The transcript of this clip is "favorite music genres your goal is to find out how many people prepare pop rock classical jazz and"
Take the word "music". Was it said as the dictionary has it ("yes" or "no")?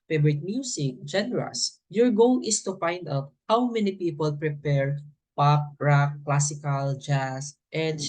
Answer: no